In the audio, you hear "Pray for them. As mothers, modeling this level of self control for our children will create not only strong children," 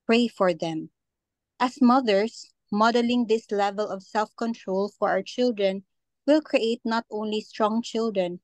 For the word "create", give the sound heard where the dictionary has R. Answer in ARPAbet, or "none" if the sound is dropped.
R